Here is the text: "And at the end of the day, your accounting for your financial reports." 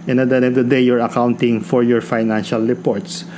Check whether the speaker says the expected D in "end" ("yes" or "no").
no